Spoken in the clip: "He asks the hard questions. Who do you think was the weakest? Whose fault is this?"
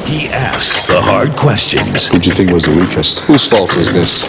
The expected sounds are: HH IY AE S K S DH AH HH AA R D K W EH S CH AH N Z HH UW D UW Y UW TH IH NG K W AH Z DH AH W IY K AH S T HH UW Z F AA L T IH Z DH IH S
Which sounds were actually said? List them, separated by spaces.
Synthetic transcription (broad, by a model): HH IY AE S K S DH AH HH AA R D K W EH S CH AH N Z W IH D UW TH IH NG K W AH Z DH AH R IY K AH S T HH UW Z F AA L T IH Z DH IH S